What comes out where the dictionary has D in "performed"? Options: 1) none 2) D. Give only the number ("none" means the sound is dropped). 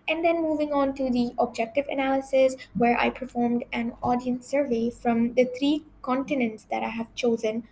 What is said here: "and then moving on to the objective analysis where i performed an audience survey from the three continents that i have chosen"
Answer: 2